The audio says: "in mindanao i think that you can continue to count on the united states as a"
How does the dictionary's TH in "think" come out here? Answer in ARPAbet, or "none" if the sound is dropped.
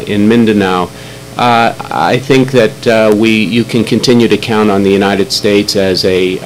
TH